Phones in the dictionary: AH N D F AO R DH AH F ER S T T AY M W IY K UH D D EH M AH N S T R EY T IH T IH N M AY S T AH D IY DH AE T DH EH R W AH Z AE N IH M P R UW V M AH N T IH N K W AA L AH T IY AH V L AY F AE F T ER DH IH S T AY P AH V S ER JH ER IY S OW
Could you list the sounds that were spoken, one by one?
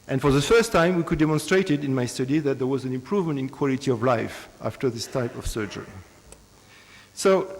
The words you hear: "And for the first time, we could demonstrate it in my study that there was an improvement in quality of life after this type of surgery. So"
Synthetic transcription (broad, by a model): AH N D F AO R DH AH F ER S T T AY M W IY K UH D D EH M AH N S T R EY T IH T IH N M AY S T AH D IY DH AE T DH EH R W AH Z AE N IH M P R UW V M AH N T IH N K W AA L AH T IY AH V L AY F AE F T ER DH IH S T AY P AH V S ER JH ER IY S OW